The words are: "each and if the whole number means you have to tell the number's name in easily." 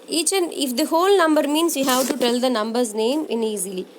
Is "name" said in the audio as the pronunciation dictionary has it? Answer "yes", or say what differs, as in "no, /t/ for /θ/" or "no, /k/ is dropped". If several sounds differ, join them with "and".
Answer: yes